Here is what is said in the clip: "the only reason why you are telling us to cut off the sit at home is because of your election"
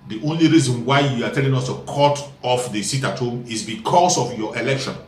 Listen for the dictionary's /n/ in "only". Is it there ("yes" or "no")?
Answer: yes